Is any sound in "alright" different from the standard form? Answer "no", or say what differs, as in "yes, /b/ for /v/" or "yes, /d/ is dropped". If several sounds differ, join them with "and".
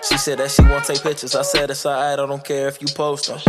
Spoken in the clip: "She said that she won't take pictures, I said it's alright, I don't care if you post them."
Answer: yes, /t/ is dropped